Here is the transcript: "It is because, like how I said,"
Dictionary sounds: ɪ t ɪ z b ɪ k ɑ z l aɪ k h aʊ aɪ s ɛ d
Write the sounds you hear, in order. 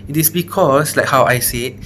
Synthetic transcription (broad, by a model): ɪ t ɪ s b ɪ k ɑ s l aɪ k h aʊ aɪ s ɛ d